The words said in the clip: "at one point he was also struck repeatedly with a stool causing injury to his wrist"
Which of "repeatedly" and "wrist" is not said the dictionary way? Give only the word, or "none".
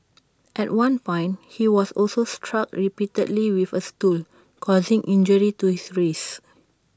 wrist